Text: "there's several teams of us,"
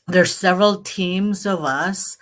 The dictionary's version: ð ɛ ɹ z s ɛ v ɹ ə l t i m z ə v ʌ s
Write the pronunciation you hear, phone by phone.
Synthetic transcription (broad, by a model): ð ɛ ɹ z s ɛ v ɹ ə l t i m z ə v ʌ s